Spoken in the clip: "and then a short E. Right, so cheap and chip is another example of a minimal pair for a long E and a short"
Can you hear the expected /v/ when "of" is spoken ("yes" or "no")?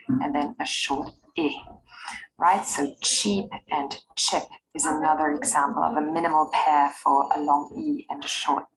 yes